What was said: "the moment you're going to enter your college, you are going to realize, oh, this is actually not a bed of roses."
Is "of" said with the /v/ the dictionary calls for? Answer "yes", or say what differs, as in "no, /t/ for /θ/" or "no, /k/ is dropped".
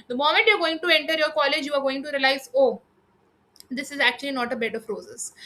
no, /p/ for /v/